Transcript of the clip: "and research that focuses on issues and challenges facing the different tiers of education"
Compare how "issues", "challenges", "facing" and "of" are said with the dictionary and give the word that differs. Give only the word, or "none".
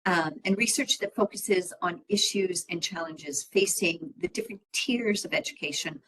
none